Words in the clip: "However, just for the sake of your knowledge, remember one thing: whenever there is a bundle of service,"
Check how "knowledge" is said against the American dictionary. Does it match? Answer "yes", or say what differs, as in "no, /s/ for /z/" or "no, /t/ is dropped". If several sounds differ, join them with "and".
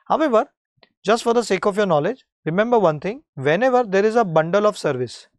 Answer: yes